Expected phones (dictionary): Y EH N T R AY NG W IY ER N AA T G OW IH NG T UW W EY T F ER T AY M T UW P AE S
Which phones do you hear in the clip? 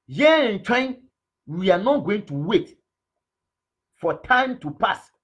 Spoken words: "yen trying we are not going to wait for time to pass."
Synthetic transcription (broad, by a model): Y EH N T W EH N W IY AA N AA T G OW IH NG T UW W EY T F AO T AY M T UW P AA S